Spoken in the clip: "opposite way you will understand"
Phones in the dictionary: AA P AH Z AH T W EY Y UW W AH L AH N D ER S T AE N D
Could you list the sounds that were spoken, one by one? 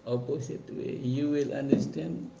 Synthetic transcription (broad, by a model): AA P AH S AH T W EY Y UW W AH L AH N D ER S T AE N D